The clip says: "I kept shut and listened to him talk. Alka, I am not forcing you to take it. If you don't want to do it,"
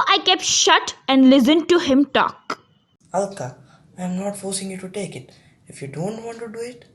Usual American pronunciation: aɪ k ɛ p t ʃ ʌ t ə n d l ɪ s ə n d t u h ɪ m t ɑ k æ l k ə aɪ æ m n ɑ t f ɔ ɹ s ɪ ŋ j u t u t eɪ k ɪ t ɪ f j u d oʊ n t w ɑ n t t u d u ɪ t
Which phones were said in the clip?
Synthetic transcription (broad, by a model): aɪ k ɛ p t ʃ ʌ t ə n d l ɪ s ə n d t u h ɪ m t ɑ k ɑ l k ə aɪ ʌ m n ɑ t f ɔ ɹ s ɪ ŋ j u t u t eɪ k ɪ t ɪ f j u d oʊ n t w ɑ n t t u d u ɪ t